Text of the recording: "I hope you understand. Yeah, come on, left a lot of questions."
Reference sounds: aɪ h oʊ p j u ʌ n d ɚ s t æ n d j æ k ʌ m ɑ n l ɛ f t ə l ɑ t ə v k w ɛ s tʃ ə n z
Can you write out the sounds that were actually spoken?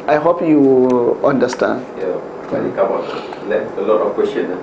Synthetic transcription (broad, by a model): aɪ h oʊ p j u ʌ n d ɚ s t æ n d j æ k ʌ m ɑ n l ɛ t ə l ɑ t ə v k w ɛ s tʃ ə n